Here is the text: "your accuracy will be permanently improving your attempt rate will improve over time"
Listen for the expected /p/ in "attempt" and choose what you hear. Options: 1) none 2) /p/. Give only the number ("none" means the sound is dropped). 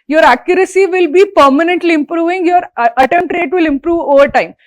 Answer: 1